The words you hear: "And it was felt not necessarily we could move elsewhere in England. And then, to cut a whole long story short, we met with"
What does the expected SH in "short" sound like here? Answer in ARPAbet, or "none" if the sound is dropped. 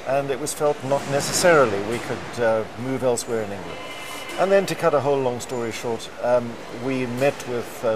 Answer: SH